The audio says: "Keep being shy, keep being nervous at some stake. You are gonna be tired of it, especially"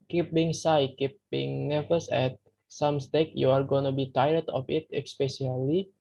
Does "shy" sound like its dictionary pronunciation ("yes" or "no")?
no